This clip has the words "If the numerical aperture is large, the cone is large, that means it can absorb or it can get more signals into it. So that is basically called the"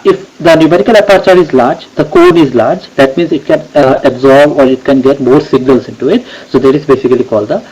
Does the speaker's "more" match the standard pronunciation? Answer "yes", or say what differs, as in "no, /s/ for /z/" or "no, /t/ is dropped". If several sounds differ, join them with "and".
yes